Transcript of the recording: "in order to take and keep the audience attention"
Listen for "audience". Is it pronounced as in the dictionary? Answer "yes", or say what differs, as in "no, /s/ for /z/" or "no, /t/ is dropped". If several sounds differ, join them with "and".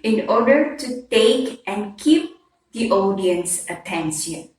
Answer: yes